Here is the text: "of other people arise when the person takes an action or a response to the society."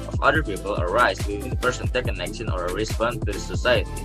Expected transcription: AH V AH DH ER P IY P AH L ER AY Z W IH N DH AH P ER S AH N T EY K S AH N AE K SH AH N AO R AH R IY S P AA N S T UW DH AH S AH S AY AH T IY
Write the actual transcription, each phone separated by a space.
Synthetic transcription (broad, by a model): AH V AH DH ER P IY P AH L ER AY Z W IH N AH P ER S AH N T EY K AH N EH K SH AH N AO R AH R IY S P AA N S T UW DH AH S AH S AY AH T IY